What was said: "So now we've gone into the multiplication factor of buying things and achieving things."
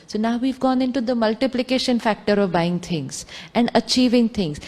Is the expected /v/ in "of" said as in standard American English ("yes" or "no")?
yes